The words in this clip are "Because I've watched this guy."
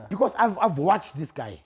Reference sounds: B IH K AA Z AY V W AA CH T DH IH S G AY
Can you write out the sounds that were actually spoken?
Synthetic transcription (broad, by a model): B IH K AA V AY V W AA CH T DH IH S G AY